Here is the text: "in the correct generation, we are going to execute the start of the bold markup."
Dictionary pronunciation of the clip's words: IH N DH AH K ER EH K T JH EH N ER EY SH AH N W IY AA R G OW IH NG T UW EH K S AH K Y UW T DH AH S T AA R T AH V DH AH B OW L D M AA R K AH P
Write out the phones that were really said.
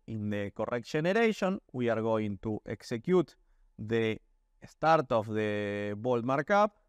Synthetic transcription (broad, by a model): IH N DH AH K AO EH K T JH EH N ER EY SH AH N W IY AA R G OW IH NG T UW EH K S AH K Y UW T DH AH S T AA R T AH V DH AH B OW L D M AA R K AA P